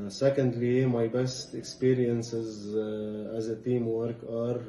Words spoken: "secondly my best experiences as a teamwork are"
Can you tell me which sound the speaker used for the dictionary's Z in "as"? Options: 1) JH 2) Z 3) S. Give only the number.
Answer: 2